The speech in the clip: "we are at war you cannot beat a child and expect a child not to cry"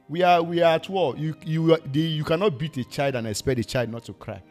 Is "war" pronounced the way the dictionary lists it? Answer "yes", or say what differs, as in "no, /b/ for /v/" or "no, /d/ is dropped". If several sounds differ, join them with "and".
no, /l/ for /ɹ/